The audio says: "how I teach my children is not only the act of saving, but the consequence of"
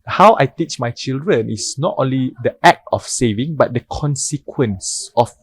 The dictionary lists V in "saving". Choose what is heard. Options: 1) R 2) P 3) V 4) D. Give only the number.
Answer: 3